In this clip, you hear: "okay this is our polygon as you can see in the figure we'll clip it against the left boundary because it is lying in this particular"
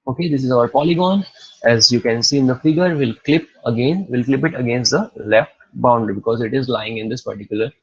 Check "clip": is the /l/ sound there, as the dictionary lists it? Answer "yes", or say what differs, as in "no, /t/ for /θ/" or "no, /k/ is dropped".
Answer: yes